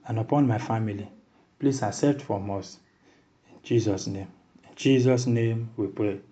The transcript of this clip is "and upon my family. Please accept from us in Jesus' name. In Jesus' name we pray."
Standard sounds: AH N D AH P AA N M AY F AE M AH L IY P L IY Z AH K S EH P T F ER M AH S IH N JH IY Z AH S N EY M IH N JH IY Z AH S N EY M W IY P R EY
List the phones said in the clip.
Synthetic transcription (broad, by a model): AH N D AH P AA N M AY F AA M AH L IY P L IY S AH S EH T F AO M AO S IH N JH IY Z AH S N EY M IH N JH IY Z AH S N EY M W IY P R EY